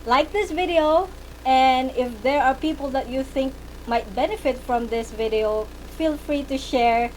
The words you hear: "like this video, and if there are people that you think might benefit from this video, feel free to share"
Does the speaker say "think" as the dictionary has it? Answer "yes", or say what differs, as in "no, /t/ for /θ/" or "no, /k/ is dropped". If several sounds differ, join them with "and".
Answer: yes